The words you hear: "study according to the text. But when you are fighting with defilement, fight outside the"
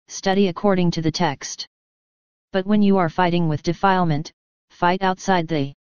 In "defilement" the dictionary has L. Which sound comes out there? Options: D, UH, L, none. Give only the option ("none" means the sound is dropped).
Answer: L